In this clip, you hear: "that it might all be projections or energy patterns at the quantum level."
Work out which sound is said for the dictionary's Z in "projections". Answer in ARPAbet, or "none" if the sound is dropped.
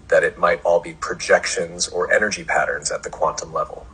Z